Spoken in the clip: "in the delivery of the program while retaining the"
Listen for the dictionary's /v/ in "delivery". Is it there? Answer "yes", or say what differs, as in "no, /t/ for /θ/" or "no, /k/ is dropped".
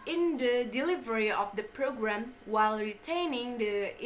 yes